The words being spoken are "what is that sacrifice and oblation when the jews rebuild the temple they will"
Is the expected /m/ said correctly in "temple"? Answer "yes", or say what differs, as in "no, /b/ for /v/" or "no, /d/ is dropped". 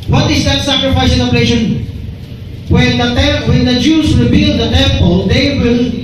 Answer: yes